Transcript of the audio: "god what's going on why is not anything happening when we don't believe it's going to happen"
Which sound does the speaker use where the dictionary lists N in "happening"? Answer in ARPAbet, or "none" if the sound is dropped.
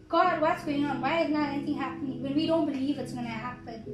N